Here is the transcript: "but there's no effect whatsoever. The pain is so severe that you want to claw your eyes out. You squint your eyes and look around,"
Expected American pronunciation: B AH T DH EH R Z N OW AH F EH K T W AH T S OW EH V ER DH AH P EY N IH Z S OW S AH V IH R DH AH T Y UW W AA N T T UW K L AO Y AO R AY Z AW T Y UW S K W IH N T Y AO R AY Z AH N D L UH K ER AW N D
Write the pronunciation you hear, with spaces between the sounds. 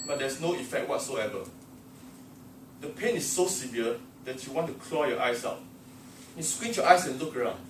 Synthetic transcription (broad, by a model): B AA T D EH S N OW AH F EH K T W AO T S OW EH V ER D AH P EY N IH S OW S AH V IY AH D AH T Y UW W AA N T T UW K L AO Y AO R AY S AW T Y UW S K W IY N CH Y AO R AY S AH N L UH K ER AW N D